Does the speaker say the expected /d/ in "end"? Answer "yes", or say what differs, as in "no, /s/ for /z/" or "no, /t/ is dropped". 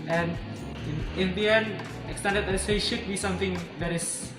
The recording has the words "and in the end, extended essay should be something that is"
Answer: no, /d/ is dropped